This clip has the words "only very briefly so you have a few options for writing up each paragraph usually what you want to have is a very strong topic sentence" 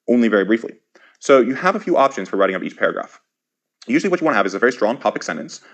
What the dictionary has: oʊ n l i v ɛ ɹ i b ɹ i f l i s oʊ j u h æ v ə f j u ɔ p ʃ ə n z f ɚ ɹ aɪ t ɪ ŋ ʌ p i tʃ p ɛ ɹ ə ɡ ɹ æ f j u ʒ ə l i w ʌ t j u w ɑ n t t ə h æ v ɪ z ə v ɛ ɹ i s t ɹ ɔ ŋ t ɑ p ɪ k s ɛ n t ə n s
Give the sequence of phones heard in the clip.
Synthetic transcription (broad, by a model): oʊ n l i v ɛ ɹ i b ɹ i f l i s oʊ j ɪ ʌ v ə f j u ɔ p ʃ ə n z f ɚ ɹ aɪ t ɪ ŋ ʌ p i tʃ p ɛ ɹ ə ɡ ɹ æ f j u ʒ l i w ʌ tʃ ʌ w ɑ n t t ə v ɪ z ə v ɛ ɹ i s t ɹ ɔ ŋ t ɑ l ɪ k s ɛ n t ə n s